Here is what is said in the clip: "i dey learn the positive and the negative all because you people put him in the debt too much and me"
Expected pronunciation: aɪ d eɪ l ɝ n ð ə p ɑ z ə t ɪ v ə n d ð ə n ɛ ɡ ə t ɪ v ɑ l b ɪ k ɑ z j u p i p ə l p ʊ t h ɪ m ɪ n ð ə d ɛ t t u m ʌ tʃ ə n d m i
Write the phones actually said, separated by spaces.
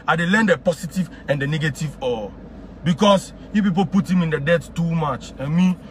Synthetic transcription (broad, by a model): aɪ d eɪ l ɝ n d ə p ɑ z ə t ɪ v ə n d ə n ɛ ɡ ə t ɪ v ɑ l b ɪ k ɑ s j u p i p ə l p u t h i m ɪ n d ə d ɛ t t u m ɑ tʃ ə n m i